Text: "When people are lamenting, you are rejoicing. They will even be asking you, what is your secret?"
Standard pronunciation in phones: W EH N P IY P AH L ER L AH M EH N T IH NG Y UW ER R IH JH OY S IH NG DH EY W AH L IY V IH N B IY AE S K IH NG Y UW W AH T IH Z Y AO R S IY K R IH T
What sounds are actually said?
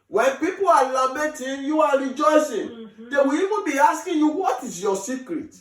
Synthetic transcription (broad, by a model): W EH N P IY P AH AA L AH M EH T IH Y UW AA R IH JH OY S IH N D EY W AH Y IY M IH B IY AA S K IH Y UW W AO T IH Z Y AO S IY K R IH T